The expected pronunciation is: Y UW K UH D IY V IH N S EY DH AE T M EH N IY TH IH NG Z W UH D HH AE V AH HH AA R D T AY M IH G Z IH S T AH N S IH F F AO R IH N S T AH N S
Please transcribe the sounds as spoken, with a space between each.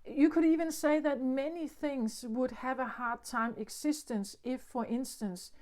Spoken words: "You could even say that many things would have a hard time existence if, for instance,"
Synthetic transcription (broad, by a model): Y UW K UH D IY V IH N S EY DH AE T M EH N IY TH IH NG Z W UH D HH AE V AH HH AA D T AY M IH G S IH S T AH N S IH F F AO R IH N S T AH N S